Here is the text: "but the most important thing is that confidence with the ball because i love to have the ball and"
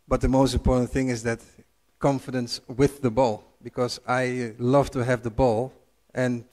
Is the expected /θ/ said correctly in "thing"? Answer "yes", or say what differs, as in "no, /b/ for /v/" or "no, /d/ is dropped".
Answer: yes